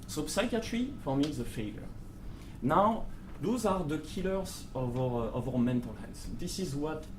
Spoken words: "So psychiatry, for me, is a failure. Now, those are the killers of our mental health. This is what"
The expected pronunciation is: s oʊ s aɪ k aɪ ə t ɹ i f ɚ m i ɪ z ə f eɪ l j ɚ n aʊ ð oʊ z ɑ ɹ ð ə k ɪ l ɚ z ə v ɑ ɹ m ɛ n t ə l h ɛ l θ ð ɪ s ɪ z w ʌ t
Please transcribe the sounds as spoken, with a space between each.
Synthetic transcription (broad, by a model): s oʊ s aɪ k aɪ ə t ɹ i f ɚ m i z ə f eɪ l j ɚ n aʊ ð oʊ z ɑ ɹ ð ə k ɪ l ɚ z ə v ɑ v m ɛ n t ə l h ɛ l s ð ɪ s ɪ z w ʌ t